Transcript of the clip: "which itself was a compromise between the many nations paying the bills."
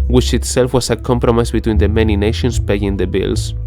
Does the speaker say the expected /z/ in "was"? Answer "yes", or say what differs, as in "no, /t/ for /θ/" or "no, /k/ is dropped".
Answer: no, /s/ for /z/